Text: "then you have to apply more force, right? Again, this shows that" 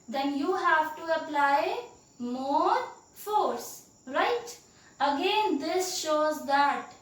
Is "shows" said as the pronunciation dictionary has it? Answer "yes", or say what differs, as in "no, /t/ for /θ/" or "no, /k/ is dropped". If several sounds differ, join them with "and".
yes